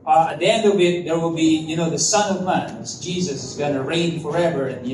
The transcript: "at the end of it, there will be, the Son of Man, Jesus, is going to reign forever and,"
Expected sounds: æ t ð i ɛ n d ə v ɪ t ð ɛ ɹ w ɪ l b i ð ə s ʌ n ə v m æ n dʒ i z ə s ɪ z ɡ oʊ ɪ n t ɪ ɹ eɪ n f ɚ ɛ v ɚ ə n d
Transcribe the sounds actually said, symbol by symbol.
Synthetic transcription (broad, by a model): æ t ð i ɛ n d ə v ɪ t ð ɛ ɹ w ɪ l b i ð ə s ʌ n ə v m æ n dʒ i z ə s ɪ z ɡ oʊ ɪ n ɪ ɹ eɪ n f ɚ ɛ v ɚ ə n